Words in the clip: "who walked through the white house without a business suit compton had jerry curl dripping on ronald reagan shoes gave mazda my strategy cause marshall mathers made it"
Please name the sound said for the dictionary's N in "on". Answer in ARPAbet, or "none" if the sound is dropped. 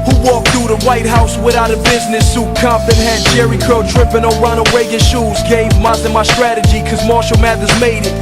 L